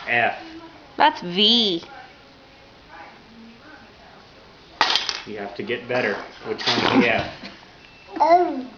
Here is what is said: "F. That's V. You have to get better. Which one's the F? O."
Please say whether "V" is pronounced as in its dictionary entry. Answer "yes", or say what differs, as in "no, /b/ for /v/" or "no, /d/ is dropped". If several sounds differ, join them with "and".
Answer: yes